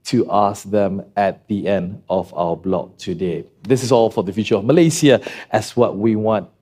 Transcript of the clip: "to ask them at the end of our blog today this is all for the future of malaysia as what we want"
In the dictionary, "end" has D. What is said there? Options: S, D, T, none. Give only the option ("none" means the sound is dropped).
D